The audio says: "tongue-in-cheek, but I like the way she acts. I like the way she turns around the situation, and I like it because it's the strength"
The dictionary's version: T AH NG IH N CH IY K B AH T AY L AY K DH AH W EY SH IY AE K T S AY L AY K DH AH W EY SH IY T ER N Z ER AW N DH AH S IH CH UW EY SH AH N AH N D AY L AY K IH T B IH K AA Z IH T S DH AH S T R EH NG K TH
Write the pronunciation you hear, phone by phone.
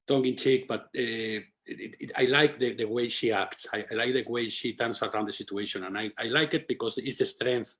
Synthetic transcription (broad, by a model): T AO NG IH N CH IY K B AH T AY L AY K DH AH W EY SH IY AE K T S AY L AY K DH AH W EY SH IY T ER N S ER AW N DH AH S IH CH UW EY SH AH N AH N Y AY L AY K IH T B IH K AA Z IH T S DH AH S T R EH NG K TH